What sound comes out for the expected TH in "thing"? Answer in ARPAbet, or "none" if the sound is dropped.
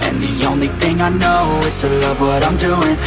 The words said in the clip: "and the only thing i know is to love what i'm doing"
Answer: TH